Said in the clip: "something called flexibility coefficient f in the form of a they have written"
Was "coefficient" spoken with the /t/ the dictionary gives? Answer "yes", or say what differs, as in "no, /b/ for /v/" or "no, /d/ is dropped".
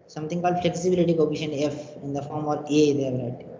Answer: no, /t/ is dropped